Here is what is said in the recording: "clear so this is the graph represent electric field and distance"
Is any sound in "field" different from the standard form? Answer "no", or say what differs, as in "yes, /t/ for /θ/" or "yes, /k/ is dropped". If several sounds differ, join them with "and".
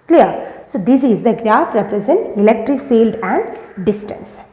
no